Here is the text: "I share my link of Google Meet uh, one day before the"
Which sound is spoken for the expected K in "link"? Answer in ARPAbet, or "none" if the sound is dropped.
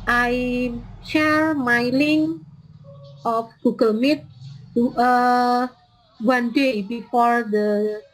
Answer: none